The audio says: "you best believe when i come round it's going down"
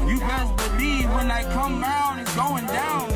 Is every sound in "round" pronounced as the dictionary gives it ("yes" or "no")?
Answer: no